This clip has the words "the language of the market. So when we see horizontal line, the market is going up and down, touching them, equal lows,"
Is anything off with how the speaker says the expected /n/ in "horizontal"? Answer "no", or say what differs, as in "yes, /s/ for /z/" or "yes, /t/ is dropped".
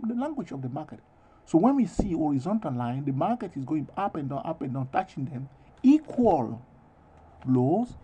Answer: no